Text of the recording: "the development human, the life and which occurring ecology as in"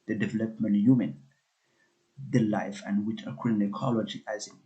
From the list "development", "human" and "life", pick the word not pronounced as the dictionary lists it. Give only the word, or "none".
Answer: none